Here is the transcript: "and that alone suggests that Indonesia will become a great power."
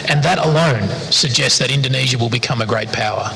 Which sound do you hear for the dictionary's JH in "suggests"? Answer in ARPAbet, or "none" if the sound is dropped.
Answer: JH